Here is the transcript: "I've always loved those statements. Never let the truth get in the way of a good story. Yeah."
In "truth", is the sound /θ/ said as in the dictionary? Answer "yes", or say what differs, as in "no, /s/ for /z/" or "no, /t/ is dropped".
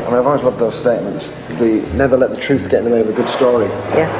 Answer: yes